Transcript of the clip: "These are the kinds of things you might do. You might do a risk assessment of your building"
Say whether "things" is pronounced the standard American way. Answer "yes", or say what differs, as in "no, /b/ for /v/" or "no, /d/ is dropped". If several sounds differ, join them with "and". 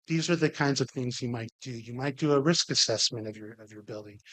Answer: yes